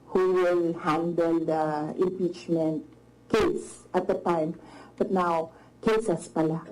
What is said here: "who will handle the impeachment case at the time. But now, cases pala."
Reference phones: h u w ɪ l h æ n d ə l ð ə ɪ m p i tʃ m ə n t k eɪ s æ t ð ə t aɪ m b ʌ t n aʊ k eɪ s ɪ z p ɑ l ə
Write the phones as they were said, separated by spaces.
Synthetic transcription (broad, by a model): h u w ɪ l h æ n d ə l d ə ɪ m p i tʃ m ə n t k eɪ s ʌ t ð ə t aɪ m b ʌ t n aʊ k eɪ s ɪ s p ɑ l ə